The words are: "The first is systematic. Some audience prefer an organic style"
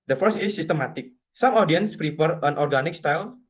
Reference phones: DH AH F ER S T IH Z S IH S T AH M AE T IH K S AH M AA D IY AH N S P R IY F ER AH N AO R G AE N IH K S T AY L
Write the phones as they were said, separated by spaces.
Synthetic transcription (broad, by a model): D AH F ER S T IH S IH S T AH M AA T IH K S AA M AA D IY AH N S P R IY P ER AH N AO R G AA N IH K S T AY L